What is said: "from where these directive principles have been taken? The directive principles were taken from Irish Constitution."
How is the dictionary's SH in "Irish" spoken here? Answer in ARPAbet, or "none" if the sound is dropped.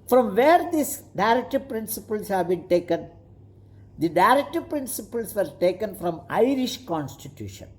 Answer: SH